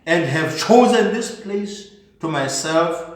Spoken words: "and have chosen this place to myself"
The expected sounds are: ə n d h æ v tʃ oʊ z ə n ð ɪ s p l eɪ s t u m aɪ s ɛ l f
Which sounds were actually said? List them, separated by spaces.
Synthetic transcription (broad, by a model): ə n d h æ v tʃ oʊ z ə n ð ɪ s p l eɪ s t u m aɪ s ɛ l f